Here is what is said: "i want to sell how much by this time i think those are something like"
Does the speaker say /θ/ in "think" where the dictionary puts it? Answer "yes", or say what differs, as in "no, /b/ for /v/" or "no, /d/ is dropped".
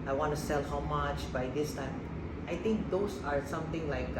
no, /t/ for /θ/